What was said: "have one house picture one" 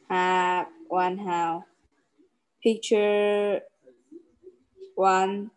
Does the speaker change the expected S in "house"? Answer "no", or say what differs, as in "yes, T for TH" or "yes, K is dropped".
yes, S is dropped